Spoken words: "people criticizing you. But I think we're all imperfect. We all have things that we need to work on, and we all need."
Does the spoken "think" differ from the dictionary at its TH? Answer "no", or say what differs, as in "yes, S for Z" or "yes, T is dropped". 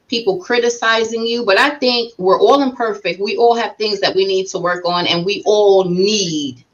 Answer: no